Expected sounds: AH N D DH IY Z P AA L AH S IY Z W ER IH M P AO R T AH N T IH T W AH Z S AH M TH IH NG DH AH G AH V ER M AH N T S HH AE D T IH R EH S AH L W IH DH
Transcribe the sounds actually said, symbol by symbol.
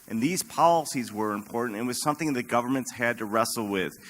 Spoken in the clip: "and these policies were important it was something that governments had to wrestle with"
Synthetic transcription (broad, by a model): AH N DH IY Z P AA L AH S IY Z W ER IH M P AO R T N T IH T W AH Z S AH M TH IH NG DH AH G AH V ER M AH N T S HH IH D T IH R EH S L W IH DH